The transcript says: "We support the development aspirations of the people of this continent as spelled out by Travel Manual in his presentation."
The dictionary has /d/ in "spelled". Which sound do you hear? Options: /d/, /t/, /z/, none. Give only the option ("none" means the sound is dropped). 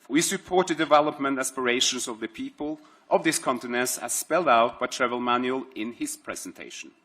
/d/